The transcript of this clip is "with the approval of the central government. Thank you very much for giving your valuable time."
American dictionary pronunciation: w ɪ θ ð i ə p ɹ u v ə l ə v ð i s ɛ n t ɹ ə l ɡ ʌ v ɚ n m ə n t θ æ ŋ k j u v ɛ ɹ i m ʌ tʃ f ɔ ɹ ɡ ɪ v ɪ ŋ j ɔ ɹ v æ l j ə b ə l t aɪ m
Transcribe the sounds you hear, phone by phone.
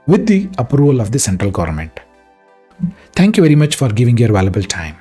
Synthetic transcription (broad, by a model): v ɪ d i ə p ɹ u v ə l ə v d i s ɛ n t ɹ ə l ɡ ʌ v ɚ n m ə n t t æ ŋ k j u v ɛ ɹ i m ʌ tʃ f ɔ ɹ ɡ ɪ v ɪ ŋ j ɔ ɹ v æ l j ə b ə l t aɪ m